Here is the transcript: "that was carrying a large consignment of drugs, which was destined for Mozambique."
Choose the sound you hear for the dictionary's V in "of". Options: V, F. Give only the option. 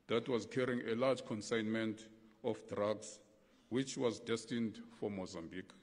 F